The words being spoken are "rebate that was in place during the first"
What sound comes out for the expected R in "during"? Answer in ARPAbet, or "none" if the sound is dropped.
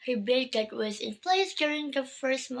R